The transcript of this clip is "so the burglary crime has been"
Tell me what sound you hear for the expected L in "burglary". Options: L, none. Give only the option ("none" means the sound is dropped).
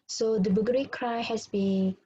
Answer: none